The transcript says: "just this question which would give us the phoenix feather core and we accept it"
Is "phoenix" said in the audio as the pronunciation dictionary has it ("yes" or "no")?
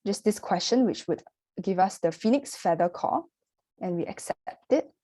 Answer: yes